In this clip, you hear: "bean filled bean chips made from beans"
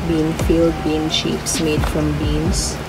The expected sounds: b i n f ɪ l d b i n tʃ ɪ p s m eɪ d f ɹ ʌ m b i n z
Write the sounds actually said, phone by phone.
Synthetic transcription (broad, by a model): b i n f ɪ l d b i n ʃ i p s m eɪ d f ɹ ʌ m b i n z